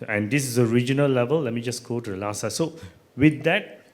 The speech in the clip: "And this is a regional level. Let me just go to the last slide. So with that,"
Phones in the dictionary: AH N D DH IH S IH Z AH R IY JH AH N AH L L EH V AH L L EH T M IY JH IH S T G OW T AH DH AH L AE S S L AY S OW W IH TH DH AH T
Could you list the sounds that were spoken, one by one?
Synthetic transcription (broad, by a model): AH N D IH S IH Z AH R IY JH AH N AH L L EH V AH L L EH T M IY JH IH S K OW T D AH L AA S S AY S OW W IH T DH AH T